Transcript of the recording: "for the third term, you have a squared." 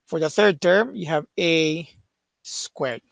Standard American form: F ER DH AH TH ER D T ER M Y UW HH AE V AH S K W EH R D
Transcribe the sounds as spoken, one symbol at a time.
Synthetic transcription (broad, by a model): F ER DH AH TH ER D T ER M Y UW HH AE V AH S K W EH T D